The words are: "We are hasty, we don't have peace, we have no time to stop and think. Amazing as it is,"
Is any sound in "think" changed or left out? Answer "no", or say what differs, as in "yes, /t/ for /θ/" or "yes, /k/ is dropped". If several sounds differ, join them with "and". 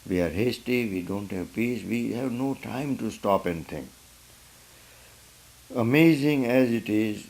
yes, /k/ is dropped